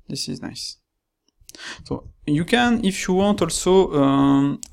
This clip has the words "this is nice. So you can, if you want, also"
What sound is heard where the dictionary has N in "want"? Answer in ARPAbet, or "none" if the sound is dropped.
N